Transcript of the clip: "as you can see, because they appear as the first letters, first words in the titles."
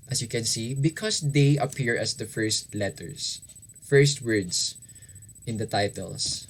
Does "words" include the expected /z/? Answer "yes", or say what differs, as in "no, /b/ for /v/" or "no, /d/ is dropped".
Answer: no, /s/ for /z/